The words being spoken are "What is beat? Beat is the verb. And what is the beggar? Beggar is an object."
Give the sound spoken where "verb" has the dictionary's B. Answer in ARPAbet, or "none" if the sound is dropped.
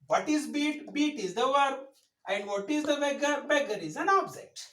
none